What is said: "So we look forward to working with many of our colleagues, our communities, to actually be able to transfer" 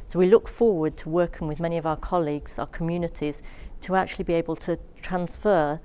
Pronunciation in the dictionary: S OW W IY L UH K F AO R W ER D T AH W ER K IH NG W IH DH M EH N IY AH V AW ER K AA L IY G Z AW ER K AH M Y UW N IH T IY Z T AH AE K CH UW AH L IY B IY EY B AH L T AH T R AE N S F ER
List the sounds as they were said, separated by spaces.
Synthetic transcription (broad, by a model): S OW W IY L UH K F AO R W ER D T AH W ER K IH NG W IH DH M EH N IY AH V AW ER K AA L IY G Z AW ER K AH M Y UW N IH T IY Z T AH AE K CH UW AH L IY B IY EY B AH L T AH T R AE N S F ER